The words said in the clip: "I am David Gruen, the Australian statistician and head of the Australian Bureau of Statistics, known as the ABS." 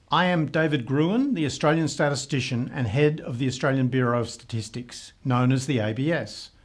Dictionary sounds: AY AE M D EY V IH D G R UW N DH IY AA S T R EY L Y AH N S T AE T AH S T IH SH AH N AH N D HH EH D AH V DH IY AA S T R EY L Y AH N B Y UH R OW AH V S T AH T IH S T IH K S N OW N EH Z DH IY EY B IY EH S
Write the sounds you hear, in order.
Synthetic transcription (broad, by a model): AY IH M D EY V IH D G R UW N DH IY AA S T R EY L Y AH N S T AE T AH S T IH SH AH N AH N HH EH D AH V DH IY AA S T R EY L Y AH N B Y UH R OW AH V S T AH T IH S T IH K S N OW N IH Z DH IY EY B IY EH S